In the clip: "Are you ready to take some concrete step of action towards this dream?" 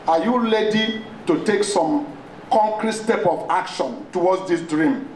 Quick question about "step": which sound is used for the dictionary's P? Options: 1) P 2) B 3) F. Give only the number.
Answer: 1